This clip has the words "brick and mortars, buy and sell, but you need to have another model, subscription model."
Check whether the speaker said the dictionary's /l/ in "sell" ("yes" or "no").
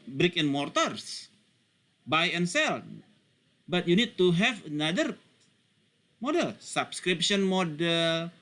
yes